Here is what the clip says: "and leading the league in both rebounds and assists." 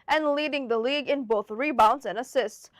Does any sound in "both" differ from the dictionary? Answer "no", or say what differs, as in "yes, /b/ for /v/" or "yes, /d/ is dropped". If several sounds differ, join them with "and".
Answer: no